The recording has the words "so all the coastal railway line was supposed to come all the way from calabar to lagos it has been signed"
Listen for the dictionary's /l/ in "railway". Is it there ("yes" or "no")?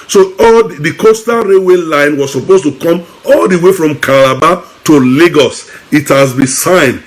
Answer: no